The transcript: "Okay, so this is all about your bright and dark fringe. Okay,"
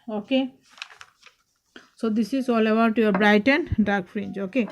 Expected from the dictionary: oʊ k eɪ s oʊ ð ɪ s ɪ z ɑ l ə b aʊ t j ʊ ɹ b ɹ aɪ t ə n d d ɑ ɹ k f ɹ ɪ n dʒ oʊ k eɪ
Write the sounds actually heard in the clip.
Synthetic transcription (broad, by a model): oʊ k eɪ s oʊ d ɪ s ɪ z ɑ l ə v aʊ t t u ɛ b ɹ aɪ t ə n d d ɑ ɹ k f ɹ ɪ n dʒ oʊ k eɪ